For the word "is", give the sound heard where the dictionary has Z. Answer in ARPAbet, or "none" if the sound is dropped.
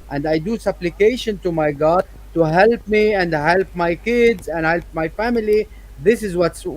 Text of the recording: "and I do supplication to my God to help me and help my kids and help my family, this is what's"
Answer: Z